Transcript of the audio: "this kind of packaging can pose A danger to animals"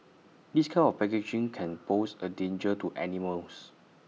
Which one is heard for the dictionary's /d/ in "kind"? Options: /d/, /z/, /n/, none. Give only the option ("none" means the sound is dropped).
none